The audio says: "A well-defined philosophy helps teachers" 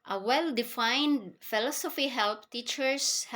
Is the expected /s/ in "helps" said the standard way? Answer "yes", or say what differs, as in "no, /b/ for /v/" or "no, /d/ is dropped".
no, /s/ is dropped